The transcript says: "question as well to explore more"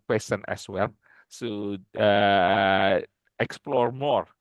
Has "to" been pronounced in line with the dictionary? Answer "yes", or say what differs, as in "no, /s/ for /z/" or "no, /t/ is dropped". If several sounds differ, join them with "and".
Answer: no, /s/ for /t/